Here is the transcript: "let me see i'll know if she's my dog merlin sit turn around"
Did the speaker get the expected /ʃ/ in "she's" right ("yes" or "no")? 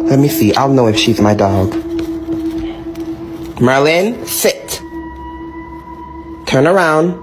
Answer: yes